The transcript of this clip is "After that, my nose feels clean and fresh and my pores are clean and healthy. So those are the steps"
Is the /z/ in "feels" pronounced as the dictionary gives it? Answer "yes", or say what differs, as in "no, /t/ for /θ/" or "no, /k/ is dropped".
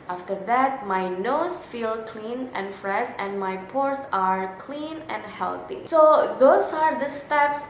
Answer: no, /z/ is dropped